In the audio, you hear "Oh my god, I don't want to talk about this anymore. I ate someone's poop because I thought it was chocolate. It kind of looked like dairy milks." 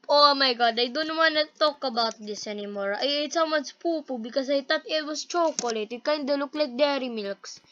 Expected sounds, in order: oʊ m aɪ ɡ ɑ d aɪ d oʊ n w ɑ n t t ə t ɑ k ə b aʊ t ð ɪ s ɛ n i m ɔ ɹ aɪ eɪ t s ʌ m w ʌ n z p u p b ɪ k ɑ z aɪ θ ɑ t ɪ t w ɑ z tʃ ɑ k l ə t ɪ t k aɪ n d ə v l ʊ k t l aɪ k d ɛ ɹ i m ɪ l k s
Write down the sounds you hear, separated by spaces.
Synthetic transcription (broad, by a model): oʊ m aɪ ɡ ɑ d aɪ d oʊ n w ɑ n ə t ɑ k ə b aʊ t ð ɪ s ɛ n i m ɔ ɹ aɪ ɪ t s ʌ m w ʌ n s p u p b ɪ k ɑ s aɪ t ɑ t ɪ t w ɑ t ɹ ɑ k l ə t ɪ t k aɪ n d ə l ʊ k l aɪ k d ɛ ɹ i m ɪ l k s